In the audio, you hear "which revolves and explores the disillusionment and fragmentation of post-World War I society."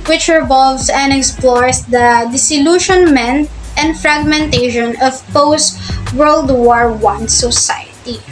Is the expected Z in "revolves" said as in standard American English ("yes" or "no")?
no